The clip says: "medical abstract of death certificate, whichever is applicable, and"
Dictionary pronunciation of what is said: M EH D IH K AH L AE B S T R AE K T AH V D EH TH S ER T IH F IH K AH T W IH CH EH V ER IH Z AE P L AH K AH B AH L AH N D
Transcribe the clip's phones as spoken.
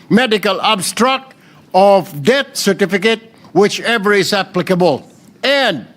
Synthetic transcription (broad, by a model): M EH D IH K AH L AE B S T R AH K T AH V D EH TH S ER T IH F IH K AH T W IH CH EH V ER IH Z AE P L AH K AH B AH L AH N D